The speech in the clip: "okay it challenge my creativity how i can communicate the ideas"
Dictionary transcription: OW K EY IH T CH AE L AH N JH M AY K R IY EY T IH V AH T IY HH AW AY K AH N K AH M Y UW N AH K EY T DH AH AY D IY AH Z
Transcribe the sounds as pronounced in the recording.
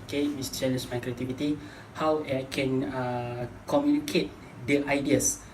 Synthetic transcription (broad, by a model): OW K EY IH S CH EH N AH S M AY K R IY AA T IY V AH T IY HH AW AY K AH N K AH M Y UW N AH K EY T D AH AY D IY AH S